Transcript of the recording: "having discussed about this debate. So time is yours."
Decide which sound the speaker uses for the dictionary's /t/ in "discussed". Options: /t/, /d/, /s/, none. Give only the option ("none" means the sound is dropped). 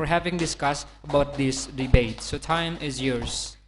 /t/